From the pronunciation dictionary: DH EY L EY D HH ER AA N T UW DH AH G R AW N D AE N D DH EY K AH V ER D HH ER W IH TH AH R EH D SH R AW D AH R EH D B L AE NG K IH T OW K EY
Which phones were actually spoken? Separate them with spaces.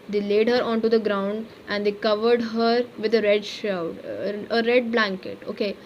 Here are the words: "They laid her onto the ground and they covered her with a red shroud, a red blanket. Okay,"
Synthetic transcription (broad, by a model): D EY L EY D HH ER AA N T UW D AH G R AW N D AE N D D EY K AH V ER D HH ER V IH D AH R EH D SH AW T AH R EH D B L AE NG K IH T OW K EY